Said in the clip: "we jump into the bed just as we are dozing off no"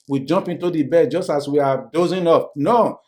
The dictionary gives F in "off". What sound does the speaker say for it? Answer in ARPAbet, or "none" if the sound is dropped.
P